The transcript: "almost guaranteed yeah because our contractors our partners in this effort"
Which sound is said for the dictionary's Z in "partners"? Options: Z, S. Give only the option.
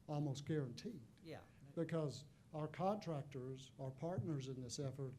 Z